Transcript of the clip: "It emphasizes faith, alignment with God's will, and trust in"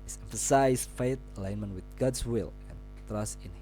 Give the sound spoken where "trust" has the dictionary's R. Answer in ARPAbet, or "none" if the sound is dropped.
R